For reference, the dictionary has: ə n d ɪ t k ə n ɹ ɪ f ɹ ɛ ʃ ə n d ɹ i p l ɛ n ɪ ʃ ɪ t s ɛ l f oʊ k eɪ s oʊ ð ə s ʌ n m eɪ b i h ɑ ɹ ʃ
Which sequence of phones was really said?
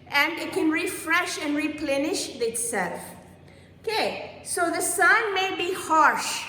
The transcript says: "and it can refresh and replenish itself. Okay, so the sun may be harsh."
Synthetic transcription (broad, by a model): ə n d ɪ t k ə n ɹ ɪ f ɹ ɛ ʃ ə n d ɹ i p l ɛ n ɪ ʃ ɪ t s ɛ l f oʊ k eɪ s oʊ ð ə s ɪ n m eɪ b i h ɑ ɹ ʃ